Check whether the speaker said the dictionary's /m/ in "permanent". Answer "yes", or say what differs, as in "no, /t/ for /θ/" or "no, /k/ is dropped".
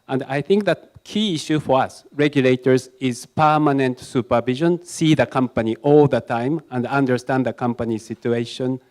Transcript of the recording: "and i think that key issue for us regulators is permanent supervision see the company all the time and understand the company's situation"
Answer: yes